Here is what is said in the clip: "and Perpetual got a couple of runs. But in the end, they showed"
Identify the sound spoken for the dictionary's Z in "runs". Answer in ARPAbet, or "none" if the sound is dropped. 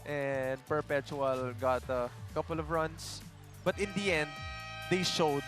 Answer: S